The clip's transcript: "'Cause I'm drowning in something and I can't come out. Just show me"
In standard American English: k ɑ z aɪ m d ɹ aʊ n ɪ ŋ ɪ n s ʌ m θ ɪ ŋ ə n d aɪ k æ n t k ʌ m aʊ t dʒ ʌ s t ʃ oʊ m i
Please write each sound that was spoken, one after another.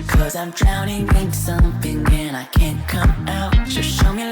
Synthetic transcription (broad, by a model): k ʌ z aɪ m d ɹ aʊ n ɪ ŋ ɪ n s ʌ m θ ɪ ŋ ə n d aɪ k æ n k ʌ m aʊ t ʒ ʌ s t ʃ oʊ m i